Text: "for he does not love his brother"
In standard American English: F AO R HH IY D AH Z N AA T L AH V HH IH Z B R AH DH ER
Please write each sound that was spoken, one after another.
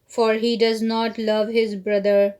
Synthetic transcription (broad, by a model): F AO R HH IY D AH Z N AA T L AH V HH IH Z B R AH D ER